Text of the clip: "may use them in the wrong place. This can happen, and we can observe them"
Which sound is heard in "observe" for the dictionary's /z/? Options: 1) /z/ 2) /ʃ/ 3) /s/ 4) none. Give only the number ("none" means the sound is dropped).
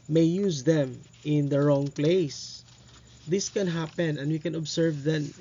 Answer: 3